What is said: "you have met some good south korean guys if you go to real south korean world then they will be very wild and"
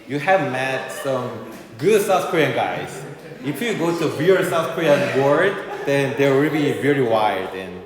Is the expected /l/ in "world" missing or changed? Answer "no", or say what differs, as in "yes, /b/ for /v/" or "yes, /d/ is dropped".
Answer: yes, /l/ is dropped